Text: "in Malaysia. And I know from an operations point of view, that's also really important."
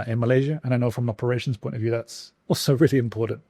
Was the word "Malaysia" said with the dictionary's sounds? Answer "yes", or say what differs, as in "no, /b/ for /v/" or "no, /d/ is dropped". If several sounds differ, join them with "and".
yes